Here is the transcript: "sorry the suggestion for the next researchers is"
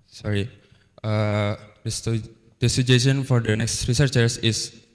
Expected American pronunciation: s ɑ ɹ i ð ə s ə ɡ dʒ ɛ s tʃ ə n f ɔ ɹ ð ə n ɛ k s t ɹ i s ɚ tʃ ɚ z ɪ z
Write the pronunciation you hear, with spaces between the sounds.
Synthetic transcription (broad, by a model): s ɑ ɹ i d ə s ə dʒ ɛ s ə n f ɔ ɹ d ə n ɛ k s t ɹ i s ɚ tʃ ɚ s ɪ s